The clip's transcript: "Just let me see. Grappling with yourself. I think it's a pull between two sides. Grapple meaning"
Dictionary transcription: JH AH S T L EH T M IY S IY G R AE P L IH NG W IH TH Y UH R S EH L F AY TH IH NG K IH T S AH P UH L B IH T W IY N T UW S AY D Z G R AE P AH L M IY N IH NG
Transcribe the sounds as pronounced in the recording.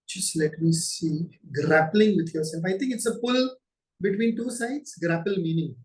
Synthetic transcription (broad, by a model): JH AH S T L EH T M IY S IY G R AE P L IH NG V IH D Y UH R S EH L F AY T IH NG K IH T S AH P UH L B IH T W IY N T UW S AY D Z G R AE P AH L M IY N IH NG